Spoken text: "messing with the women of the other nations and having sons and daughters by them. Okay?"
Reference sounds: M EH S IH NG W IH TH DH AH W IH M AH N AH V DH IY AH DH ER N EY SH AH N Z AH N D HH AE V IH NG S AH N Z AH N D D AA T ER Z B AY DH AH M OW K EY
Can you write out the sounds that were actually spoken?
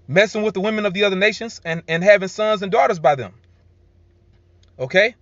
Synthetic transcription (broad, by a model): M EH S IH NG W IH DH AH W IH M AH N AH V DH IY AH DH ER N EY SH AH N Z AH N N HH AE V IH NG S AH N Z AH N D D AA T ER Z B AY DH AH M OW K EY